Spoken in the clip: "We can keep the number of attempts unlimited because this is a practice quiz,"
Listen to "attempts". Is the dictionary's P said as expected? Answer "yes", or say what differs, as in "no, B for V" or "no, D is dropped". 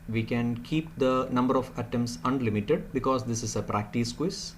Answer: no, P is dropped